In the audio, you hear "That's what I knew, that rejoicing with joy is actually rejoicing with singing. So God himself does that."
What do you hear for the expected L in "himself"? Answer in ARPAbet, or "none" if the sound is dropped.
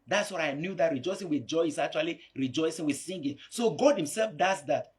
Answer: L